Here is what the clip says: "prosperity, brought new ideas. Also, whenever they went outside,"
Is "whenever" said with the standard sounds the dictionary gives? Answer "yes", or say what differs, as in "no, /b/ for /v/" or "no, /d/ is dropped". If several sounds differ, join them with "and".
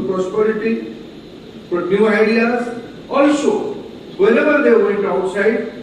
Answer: no, /l/ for /n/ and /b/ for /v/